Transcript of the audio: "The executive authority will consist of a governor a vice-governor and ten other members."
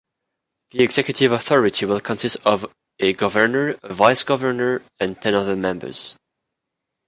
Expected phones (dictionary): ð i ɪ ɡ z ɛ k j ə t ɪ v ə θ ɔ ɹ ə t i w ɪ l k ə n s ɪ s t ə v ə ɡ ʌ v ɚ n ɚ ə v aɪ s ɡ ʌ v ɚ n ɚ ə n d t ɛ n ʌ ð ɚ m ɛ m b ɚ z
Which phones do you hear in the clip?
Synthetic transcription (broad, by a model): ð i ɪ ɡ z ɛ k j ə t ɪ v ə θ ɔ ɹ ə t i w ɪ l k ə n s ɪ s t ə v ə ɡ ʌ v ɚ n ɚ ə v aɪ s ɡ ʌ v ɚ n ɚ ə n t ɛ n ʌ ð ɚ m ɛ m b ɚ z